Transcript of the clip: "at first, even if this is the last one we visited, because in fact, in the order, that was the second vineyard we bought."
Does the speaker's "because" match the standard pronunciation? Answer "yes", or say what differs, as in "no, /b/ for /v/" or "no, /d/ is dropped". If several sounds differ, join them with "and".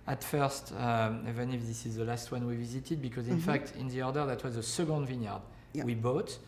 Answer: yes